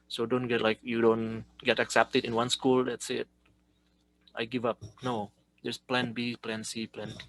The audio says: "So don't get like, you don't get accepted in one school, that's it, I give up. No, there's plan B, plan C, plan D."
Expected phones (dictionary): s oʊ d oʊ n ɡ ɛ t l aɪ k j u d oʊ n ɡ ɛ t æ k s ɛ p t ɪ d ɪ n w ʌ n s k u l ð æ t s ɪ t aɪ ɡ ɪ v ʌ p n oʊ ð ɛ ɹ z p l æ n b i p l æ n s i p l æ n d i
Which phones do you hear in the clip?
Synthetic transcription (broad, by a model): s oʊ d oʊ n ɡ ɛ t l aɪ k j u d oʊ n ɡ ɛ t æ k s ɛ p t ɪ d ɪ n w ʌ n s k u l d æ t s ɪ t aɪ ɡ ɪ v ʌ p n oʊ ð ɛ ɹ s p l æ n b i p l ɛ n s i p l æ n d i